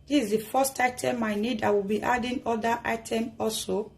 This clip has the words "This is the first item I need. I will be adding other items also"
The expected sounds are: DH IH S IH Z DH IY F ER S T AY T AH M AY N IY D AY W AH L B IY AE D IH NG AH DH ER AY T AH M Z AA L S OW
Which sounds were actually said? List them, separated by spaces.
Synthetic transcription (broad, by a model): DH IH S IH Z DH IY F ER S T AY T AH M AY N IY D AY W AH L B IY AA D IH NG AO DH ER AY T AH M AA L S OW